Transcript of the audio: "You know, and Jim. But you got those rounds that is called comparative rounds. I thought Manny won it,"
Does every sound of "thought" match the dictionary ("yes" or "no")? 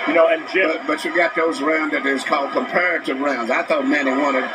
yes